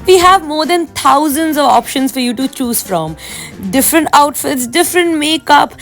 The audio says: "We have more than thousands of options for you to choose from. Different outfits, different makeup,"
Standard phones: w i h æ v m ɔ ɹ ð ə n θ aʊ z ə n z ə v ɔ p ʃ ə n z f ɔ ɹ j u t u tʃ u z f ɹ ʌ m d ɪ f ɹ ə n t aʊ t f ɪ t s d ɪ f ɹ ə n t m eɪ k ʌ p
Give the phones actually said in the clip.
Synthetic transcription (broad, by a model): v i h æ v m ɔ ɹ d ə n t aʊ z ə n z ə v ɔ p ʃ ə n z f ɔ ɹ j u t u tʃ u z f ɹ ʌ m d ɪ f ɹ ə n t aʊ t f ɪ t s d ɪ f ɹ ə n t m eɪ k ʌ p